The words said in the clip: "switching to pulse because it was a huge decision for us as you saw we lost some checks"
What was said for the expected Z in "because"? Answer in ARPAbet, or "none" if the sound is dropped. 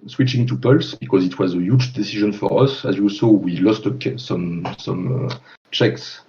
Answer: Z